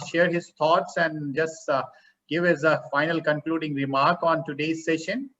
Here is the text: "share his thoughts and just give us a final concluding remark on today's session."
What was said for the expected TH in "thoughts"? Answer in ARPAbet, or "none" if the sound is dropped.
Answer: T